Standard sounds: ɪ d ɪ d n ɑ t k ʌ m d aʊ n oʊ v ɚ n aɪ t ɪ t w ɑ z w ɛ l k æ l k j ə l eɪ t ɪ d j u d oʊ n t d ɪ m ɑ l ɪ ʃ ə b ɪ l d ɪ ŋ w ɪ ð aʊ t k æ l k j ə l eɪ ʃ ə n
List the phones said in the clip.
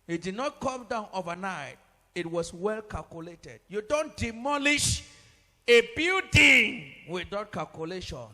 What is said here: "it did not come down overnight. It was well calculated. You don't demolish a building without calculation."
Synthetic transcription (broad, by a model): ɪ d ɪ d n ɑ t k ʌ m d aʊ n oʊ v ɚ n aɪ t ɪ t w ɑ s w ɛ l k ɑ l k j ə l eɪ t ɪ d j u d oʊ n t d ɪ m ɑ l ɪ ʃ ə b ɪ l d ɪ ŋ w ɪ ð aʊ t k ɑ l k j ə l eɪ ʃ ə n